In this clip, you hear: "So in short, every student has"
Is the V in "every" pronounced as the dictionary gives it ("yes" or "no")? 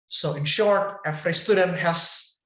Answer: no